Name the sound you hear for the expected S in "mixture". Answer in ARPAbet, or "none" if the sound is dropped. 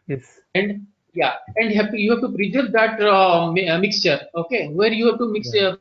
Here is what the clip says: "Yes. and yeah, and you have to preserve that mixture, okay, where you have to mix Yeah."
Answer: S